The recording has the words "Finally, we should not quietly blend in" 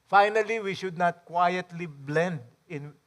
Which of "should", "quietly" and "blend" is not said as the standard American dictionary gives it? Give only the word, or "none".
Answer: none